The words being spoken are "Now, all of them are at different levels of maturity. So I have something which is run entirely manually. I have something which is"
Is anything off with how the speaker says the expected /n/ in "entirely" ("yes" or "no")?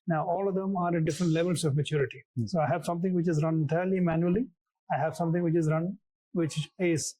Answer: yes